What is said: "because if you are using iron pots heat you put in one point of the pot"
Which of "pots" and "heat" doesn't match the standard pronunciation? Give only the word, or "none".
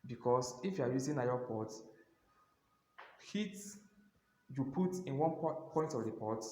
pots